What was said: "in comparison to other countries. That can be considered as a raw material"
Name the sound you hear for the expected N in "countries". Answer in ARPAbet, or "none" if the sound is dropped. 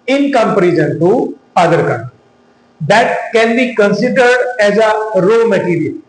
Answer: none